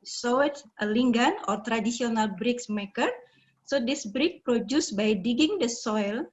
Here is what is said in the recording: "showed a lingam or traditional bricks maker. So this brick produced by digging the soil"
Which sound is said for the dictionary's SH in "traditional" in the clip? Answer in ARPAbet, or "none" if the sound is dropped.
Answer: S